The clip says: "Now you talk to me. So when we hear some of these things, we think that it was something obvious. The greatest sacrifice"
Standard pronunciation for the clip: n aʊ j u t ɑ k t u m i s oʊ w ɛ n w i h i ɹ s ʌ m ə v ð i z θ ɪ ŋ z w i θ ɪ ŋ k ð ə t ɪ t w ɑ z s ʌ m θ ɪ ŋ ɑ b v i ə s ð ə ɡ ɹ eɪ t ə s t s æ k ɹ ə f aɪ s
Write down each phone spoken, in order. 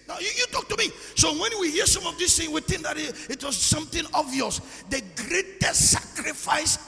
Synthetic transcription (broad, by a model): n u j u t ɑ k t u m i s oʊ w ɛ n w i h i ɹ s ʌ m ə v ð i s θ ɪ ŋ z w i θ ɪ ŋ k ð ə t ɪ t w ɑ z s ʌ m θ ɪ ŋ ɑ v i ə s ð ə ɡ ɹ eɪ t ə s t s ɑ k ɹ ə f aɪ s